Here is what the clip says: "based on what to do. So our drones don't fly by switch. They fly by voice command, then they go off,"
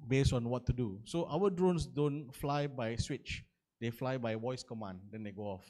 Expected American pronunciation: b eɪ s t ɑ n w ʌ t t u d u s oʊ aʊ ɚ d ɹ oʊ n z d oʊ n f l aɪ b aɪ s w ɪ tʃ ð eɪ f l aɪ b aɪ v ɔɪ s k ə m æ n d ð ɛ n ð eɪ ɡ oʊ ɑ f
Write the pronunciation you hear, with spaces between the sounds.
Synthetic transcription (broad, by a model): b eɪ s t ɑ n w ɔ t t u d u s oʊ aʊ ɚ d ɹ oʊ n s d oʊ n f l aɪ b aɪ s w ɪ tʃ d eɪ f l aɪ b aɪ w ɔɪ s k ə m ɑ n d ɛ n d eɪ ɡ oʊ ɑ f